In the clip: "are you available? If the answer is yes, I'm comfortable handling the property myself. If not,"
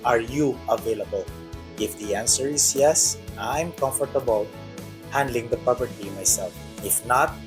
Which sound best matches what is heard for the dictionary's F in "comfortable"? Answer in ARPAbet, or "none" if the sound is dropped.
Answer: F